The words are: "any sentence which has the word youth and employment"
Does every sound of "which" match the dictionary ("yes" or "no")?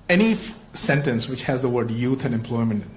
yes